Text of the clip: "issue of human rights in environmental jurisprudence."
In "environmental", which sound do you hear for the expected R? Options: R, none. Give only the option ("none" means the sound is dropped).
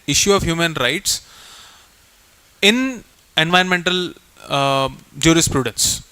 none